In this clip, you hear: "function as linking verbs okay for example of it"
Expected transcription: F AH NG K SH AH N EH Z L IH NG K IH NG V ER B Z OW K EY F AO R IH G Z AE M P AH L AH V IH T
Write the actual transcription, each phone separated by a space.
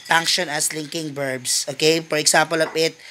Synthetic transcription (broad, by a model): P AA NG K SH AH N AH S L IH NG K IH NG B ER B S OW K EY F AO R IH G S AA M P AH L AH P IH T